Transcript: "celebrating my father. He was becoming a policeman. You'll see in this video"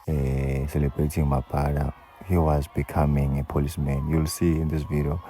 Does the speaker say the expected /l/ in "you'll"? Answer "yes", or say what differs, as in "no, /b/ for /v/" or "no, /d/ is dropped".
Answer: yes